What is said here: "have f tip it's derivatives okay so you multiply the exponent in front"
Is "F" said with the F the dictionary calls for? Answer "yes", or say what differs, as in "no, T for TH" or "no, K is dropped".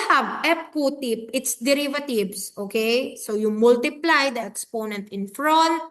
no, P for F